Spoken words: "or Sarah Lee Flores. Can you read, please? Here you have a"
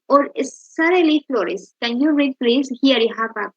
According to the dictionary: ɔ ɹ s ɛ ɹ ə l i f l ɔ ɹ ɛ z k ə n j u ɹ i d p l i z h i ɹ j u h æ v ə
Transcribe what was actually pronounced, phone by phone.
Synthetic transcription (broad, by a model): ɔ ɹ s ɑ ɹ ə l i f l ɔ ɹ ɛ s k ə n j u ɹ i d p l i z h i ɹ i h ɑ p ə